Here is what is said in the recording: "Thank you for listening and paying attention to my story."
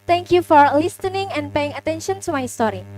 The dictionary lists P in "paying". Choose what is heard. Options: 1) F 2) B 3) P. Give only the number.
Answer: 3